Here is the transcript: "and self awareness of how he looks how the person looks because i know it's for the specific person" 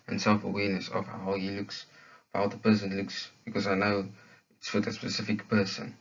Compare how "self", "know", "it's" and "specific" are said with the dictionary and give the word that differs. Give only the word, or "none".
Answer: none